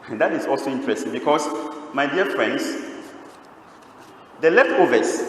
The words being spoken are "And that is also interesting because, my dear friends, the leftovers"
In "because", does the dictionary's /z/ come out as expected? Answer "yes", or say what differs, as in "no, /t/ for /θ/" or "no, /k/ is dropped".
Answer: no, /s/ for /z/